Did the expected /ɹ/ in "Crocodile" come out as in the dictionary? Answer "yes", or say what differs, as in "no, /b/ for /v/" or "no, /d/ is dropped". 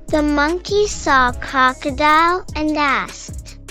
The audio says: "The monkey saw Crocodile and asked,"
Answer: no, /ɹ/ is dropped